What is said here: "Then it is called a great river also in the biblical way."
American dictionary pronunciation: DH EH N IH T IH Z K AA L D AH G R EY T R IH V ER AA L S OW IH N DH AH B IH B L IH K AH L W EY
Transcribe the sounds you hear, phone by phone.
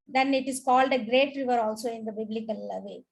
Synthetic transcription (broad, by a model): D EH N IH T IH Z K AA L D AH G R EY T R IH V ER AA L S OW IH N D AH B IH B L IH K AH L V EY